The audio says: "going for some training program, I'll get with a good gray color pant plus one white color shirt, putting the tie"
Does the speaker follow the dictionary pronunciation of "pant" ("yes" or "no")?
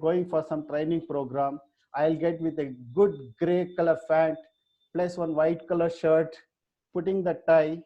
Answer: no